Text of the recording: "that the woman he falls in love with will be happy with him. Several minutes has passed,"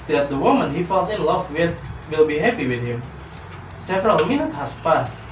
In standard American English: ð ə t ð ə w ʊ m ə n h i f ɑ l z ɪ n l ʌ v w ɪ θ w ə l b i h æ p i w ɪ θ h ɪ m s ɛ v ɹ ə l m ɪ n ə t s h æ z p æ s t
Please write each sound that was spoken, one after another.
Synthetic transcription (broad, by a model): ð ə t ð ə w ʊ m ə n h i f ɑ l s ɪ n l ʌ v w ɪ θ w ə l b i h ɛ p i w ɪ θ h ɪ m s ɛ v ɹ ə l m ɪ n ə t h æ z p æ s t